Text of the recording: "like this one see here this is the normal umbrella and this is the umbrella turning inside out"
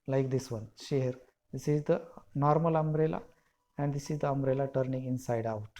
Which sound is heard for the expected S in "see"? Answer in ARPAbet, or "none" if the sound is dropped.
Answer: SH